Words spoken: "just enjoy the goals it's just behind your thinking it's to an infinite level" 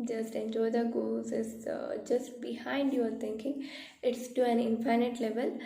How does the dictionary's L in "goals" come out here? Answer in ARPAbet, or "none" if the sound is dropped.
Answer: none